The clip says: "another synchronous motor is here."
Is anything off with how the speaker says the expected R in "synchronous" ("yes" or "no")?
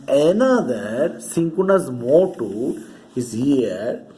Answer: yes